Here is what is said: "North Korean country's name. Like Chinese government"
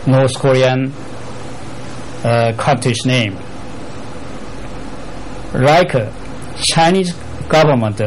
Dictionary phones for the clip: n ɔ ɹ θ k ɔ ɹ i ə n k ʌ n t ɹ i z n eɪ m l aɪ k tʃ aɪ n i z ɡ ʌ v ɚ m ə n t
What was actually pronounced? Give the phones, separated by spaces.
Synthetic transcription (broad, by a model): n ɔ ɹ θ k ɔ ɹ i ə n k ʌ t i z n eɪ m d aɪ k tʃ aɪ n i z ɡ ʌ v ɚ m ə n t